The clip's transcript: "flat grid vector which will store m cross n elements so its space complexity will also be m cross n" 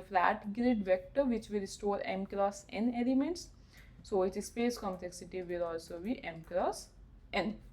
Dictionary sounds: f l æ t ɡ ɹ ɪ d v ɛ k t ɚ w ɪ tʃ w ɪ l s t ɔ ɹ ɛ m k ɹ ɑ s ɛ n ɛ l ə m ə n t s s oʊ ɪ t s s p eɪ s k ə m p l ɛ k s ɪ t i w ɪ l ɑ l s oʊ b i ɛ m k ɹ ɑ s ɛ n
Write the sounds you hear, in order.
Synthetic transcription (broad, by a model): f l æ t ɡ ɹ ɪ d v ɛ k t ɚ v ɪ tʃ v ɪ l s t ɔ ɹ ɛ m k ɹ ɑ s ɛ n ɛ l ə m ə n t s s oʊ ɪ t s s p eɪ s k ə m p l ɛ k s ɪ t i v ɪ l ɑ l s oʊ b i ɛ m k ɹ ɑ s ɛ n